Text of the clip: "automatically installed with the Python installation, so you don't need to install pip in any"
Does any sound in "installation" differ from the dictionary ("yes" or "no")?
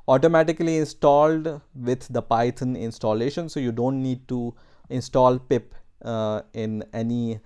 no